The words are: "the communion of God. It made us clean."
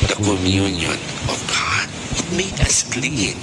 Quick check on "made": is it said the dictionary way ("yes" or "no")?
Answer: no